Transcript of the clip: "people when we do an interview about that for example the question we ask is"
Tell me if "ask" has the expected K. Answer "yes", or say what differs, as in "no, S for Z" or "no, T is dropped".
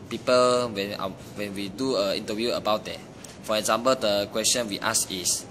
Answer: no, K is dropped